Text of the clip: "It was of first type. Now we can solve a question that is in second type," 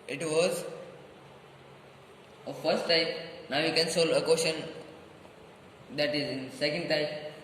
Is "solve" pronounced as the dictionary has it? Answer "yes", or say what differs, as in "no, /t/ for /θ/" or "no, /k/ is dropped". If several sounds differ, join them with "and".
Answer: no, /v/ is dropped